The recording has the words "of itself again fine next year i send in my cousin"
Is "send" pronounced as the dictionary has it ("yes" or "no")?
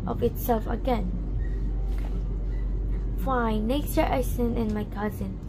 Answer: no